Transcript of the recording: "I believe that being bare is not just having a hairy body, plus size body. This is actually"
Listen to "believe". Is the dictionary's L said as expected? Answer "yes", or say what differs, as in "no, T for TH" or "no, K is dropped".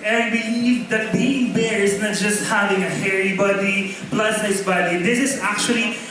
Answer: no, N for L